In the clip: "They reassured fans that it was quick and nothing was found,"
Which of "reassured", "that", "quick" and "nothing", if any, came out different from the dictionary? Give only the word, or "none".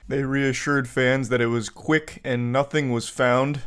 none